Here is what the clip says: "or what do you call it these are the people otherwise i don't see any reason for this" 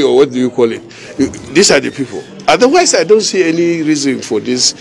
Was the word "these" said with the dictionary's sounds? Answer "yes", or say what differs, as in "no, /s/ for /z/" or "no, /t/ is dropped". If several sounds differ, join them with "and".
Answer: no, /s/ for /z/